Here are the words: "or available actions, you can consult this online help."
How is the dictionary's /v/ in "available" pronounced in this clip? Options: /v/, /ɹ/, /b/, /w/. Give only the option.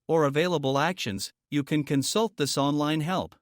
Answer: /v/